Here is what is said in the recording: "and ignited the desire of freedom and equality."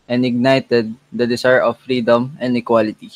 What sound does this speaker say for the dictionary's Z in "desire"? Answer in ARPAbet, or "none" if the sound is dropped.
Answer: S